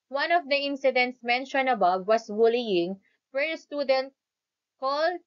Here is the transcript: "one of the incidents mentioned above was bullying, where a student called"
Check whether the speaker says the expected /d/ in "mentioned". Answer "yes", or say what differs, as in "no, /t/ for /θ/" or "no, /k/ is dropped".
no, /d/ is dropped